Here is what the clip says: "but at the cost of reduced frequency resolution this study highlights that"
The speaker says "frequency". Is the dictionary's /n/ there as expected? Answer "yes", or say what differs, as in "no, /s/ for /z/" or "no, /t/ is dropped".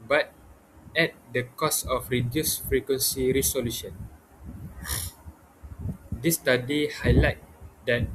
yes